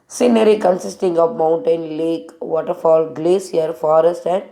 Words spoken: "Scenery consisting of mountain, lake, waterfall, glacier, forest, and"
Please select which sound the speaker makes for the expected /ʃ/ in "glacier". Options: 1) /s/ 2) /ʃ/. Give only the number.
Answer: 1